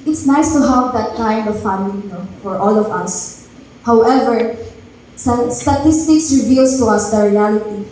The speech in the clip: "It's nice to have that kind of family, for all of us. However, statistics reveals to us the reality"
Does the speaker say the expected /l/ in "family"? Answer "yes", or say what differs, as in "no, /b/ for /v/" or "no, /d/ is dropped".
no, /n/ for /l/